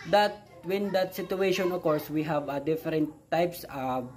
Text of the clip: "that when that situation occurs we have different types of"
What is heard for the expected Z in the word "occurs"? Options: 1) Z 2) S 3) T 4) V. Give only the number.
2